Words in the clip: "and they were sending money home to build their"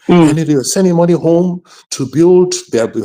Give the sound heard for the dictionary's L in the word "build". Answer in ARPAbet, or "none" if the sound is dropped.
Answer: L